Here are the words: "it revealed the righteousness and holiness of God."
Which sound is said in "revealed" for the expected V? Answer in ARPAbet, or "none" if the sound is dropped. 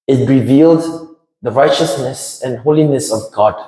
V